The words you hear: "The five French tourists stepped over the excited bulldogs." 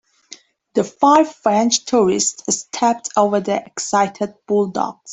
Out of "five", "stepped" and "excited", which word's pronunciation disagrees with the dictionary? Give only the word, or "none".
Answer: none